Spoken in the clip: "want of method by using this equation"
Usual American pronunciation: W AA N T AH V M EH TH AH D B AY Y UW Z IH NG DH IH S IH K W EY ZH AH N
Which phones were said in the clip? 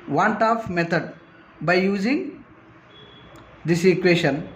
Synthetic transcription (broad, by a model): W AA N T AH F M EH T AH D B AY Y UW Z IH NG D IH S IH K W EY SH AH N